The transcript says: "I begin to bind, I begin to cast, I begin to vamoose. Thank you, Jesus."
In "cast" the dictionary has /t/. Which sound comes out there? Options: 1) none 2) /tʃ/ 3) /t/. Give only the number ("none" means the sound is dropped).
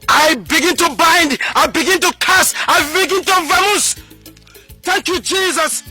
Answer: 1